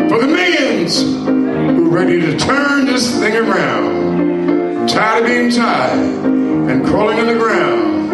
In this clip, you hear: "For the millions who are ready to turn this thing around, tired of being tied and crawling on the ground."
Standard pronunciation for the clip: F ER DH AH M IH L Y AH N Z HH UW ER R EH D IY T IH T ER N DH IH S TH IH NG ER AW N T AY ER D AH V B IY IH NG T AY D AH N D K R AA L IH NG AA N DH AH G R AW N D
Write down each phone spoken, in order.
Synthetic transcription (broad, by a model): F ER DH AH M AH N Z HH UW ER R EH D IY T IH T ER N DH IH S TH IH NG ER AW N T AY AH B IY IH NG T AY AH N K R AA L IH NG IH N DH AH G R AW N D